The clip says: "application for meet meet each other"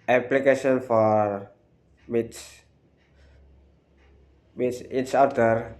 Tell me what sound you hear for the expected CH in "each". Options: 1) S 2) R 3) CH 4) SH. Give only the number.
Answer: 1